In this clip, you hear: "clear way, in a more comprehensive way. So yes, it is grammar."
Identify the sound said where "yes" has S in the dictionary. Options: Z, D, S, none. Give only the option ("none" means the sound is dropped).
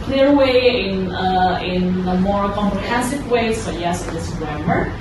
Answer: S